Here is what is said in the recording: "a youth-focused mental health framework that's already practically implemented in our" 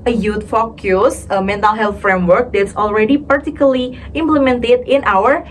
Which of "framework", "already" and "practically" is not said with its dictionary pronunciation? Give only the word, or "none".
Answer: practically